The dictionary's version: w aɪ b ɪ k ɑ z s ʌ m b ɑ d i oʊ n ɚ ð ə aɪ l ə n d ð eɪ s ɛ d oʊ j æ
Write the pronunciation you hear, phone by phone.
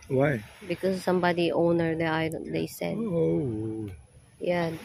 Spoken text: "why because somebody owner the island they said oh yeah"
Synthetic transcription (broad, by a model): w aɪ b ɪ k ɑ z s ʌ m b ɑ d i oʊ n ɚ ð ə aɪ ə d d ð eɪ s ɛ d oʊ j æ